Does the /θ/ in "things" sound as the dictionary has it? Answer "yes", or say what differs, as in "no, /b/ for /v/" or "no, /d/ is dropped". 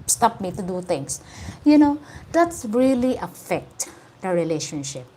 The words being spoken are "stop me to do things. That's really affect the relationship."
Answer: no, /t/ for /θ/